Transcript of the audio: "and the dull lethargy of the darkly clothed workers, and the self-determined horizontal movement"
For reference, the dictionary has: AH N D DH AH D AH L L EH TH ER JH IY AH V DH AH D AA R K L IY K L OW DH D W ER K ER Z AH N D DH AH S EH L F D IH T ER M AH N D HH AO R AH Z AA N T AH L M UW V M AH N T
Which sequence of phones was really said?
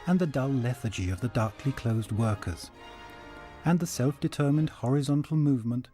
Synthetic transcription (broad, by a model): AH N DH AH D AH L L EH TH ER JH IY AH V DH AH D AA R K L IY K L OW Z D W ER K ER Z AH N DH AH S EH L F D IH T ER M AH N D HH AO R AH Z AA N T L M UW V M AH N T